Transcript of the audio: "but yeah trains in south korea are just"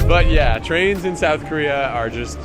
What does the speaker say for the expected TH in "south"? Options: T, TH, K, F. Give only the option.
TH